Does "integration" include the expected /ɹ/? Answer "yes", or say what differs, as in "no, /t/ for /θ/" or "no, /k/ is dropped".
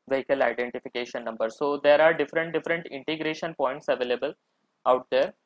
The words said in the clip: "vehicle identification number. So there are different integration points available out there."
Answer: yes